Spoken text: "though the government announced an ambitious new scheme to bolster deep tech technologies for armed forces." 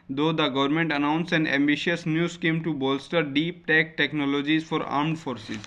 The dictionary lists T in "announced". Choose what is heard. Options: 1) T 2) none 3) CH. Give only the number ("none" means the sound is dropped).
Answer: 2